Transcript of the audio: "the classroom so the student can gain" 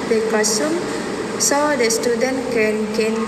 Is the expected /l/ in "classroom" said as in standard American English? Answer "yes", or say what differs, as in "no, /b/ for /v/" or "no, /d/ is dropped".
no, /l/ is dropped